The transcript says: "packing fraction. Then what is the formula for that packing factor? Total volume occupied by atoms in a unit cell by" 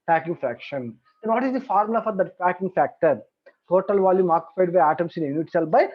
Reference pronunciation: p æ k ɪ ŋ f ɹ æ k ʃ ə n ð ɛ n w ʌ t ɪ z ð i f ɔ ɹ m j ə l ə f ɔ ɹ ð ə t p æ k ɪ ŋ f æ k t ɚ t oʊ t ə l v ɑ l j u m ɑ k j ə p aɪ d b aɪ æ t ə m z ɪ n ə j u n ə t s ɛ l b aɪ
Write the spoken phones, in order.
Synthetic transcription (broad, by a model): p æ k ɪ ŋ f ɹ æ k ʃ ə n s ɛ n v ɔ t ɪ z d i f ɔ ɹ m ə l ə f ɔ ɹ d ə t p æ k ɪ ŋ f æ k t ɚ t oʊ t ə l v ɑ l j u m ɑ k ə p aɪ d b aɪ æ t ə m s ɪ n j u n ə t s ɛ l b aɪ